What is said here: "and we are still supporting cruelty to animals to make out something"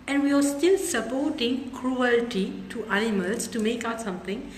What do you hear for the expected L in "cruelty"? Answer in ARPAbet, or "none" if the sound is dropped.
L